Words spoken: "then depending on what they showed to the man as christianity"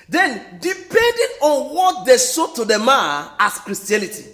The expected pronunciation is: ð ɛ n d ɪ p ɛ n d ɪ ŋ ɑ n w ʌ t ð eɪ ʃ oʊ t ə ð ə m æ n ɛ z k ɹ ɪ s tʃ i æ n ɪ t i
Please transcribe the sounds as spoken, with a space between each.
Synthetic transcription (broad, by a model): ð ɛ n d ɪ p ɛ n d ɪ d ɑ n w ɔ t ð eɪ s oʊ t ə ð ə m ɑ ɑ s k ɹ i s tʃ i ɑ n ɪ t i